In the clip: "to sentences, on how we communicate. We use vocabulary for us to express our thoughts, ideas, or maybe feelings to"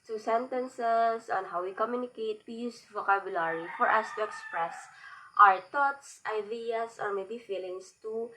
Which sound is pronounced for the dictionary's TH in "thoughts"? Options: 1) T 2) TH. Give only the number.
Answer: 1